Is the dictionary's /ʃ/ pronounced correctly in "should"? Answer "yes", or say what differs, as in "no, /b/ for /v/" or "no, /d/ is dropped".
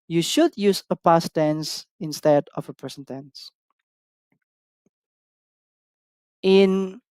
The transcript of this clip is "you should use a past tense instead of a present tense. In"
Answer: yes